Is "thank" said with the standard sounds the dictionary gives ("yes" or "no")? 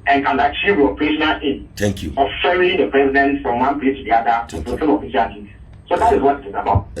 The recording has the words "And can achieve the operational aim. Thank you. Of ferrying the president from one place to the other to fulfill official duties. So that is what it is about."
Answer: no